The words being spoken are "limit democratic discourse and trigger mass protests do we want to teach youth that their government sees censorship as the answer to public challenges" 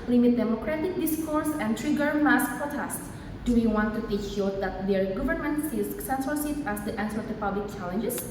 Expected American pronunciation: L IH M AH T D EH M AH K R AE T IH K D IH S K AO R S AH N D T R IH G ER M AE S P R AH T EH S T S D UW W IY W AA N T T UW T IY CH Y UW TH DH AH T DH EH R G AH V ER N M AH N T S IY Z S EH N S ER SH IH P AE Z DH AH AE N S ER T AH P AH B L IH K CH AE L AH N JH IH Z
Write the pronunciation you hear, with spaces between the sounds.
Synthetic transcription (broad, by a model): L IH M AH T D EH M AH K R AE T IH K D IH S K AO R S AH N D T R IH G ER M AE S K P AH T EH S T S D UW W IY W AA N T T UW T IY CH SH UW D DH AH T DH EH R G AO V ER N M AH N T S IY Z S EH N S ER S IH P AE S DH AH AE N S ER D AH P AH B L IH K CH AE L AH N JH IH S